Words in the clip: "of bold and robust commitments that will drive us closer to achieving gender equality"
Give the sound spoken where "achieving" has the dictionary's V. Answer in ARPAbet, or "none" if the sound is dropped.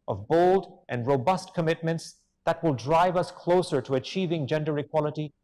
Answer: V